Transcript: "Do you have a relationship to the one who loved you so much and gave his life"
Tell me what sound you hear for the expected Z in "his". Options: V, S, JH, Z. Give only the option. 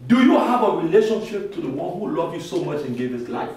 S